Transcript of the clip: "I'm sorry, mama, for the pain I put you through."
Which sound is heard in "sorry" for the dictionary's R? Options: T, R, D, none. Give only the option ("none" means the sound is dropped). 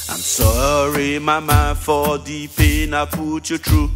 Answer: R